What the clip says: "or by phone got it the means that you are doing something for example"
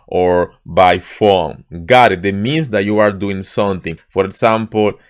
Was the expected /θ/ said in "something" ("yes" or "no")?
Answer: no